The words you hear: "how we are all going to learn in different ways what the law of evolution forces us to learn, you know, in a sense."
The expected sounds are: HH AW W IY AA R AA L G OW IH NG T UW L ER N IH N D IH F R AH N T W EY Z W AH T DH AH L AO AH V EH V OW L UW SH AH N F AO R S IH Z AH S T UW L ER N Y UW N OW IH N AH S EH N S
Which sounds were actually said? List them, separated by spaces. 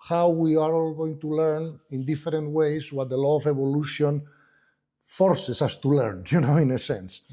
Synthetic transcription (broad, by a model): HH AW W IY AA R AA L G OW IH NG T UW L ER N IH N D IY F R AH N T W EY S W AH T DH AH L AO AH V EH B OW L UW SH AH N F AO R S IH S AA S T UW L ER N Y UW N OW IH N AH S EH N S